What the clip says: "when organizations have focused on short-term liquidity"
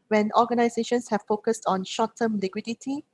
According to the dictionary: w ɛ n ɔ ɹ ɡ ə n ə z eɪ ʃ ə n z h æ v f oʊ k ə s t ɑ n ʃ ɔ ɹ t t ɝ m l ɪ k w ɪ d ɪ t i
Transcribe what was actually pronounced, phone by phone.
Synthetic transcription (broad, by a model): w ɛ n ɔ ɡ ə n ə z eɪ ʃ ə n s h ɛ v f oʊ k ə s t ɑ n ʃ ɔ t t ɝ m l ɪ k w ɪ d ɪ t i